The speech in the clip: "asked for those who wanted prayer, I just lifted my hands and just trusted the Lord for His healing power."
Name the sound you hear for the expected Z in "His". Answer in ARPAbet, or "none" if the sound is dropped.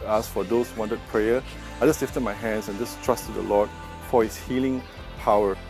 S